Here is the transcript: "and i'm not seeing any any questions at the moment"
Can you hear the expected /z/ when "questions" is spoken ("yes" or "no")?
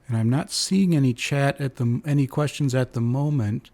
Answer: yes